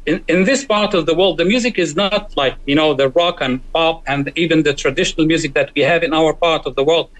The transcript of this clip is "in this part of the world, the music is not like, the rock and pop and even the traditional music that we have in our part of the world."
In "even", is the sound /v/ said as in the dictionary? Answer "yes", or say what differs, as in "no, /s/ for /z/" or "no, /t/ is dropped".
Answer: yes